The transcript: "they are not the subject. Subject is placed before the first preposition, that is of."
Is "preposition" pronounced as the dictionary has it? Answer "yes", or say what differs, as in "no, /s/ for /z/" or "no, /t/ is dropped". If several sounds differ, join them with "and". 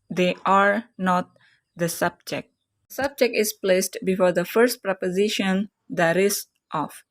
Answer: yes